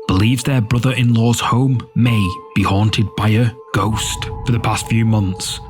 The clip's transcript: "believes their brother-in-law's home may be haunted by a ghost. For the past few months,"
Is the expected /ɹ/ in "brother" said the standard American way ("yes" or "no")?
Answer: yes